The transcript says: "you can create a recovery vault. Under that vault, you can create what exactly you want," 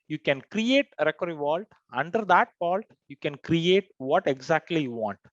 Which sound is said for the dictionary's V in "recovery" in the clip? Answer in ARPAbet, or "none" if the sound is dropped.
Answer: none